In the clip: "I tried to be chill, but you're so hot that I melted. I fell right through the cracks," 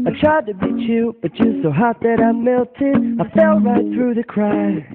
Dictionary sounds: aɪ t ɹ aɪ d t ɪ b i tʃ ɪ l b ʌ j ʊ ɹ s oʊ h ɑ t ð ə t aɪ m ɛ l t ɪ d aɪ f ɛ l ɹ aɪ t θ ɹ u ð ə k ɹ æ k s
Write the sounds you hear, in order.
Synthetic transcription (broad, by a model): aɪ t ɹ aɪ d t ɪ b i tʃ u b ʌ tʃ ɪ s oʊ h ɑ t ð ə t aɪ m ɛ l t ɪ d aɪ f ɛ l ɹ aɪ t θ ɹ u ð ə k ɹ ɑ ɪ